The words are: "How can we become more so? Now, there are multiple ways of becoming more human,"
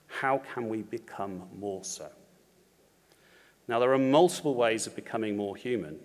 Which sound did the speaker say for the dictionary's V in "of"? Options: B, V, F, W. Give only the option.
V